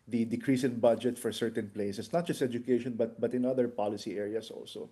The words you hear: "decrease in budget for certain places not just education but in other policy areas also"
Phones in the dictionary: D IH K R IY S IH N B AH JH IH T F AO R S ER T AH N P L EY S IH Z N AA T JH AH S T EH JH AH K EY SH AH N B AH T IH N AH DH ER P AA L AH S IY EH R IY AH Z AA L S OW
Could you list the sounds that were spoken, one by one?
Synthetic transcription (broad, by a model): D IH K R IY S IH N B AH JH IH T F AO R S ER T AH N P L EY S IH S N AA T JH AH S T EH JH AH K EY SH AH N B AH T IH N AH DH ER P AA L AH S IY EH R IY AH S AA L S OW